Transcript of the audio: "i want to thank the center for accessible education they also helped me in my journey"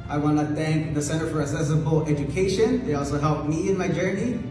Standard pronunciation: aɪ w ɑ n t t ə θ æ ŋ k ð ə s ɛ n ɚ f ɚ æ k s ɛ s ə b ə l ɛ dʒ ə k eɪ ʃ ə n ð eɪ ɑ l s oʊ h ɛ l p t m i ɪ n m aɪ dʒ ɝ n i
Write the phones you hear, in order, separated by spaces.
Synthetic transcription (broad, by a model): aɪ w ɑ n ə θ æ ŋ k ð ə s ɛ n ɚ f ɚ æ s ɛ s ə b l ɛ dʒ ə k eɪ ʃ ə n ð eɪ ɑ l s oʊ h ɛ l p m i ɪ n m aɪ dʒ ɝ n i